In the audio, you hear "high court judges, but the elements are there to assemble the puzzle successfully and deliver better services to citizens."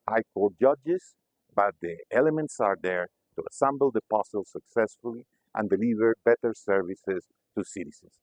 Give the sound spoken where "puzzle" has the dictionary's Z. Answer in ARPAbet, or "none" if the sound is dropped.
S